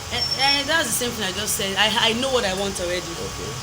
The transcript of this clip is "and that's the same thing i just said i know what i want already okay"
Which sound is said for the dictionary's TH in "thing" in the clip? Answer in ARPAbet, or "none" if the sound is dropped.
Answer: TH